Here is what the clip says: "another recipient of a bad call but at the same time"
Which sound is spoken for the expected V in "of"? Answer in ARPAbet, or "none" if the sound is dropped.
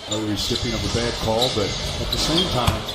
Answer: P